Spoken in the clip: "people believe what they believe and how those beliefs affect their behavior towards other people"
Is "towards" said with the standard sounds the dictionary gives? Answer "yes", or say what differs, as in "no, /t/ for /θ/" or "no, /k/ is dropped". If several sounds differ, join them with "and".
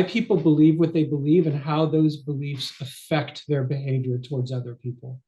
yes